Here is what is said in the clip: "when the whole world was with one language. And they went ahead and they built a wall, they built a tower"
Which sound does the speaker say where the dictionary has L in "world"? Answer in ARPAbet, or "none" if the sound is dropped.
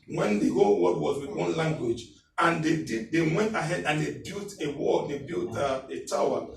none